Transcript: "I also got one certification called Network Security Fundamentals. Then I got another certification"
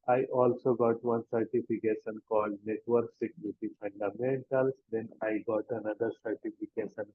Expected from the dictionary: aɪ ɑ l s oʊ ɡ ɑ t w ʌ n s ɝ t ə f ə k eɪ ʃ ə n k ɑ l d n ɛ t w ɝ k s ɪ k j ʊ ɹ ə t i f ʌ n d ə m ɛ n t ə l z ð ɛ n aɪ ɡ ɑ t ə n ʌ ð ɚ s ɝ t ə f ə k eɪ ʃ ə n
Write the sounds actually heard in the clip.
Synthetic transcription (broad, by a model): aɪ ɑ l s oʊ ɡ ɑ t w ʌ n s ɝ t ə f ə k eɪ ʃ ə n k ɑ l d n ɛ t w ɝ k s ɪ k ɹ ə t i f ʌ n d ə m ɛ n t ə l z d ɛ n aɪ ɡ ɑ t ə n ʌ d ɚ s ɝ t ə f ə k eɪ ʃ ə n